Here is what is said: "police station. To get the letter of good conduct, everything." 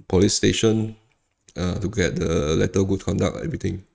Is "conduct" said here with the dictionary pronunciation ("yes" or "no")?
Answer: no